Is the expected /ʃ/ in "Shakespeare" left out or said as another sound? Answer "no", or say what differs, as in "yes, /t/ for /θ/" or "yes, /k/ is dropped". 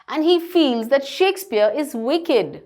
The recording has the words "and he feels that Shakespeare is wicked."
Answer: no